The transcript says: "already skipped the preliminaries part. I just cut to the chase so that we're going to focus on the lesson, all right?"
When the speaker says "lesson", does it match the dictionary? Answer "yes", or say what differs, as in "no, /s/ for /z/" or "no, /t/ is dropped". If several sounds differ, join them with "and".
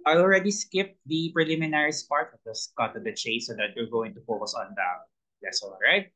no, /l/ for /n/